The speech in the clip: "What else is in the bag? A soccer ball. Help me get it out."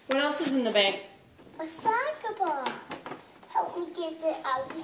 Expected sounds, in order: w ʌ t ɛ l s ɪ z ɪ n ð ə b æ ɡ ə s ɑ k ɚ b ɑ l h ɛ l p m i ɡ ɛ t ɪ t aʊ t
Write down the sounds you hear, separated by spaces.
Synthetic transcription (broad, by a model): w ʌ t ɛ l s ɪ z ɪ n ð ə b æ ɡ ə s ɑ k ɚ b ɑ h ɛ l p m i ɡ ɛ t ɪ t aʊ